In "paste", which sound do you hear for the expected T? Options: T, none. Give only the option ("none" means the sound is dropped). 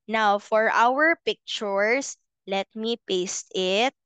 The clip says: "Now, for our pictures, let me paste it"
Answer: T